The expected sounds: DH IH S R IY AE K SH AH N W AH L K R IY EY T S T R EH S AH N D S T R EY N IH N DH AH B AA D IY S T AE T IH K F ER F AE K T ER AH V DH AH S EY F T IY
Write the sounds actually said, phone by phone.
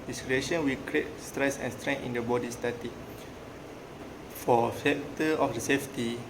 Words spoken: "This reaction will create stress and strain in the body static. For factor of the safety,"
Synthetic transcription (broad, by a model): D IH S R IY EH SH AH N W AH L K R IY EY T S T R EH S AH N S T R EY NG IH N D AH B AA D IY S T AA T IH F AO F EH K T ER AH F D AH S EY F T IY